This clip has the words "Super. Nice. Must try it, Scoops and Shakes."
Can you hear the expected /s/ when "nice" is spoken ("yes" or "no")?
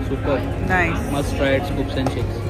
no